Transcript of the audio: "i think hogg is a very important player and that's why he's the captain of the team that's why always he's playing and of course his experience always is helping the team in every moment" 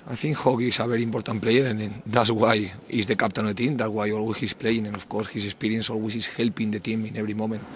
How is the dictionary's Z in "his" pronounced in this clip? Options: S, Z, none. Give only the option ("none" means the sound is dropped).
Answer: S